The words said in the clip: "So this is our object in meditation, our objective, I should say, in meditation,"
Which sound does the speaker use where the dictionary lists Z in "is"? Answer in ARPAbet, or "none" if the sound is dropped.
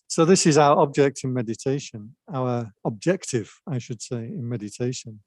Z